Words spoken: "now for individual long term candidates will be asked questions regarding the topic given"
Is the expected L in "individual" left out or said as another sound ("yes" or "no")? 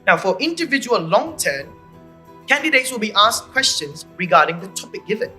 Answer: no